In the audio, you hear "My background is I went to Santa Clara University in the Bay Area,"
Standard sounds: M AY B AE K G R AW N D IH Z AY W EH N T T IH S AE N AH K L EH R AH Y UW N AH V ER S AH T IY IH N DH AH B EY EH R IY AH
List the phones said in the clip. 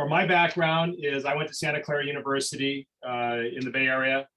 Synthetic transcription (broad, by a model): M AY B AE K G R AW N D IH Z AY W EH N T T IH S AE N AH K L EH R Y UW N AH V ER S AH T IY IH N DH AH B EY EH R IY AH